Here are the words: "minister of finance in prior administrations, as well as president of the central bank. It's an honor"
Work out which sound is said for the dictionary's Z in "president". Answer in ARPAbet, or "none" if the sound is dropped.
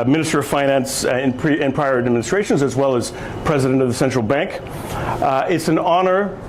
Z